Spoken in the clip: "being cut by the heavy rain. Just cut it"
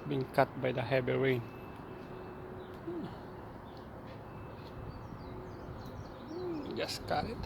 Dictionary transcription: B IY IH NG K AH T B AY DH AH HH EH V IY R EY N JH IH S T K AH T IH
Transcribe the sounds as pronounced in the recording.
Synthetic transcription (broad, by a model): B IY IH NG K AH T B AY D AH HH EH B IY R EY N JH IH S K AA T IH